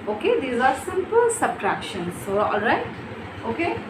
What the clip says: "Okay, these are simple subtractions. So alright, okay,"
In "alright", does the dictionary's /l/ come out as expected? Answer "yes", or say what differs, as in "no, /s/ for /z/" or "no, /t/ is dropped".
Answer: yes